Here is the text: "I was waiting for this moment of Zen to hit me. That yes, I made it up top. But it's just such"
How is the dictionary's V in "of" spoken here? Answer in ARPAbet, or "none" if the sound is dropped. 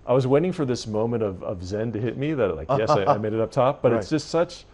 V